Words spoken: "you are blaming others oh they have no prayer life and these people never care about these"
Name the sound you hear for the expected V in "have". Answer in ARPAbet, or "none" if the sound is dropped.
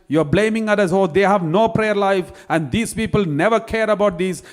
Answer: V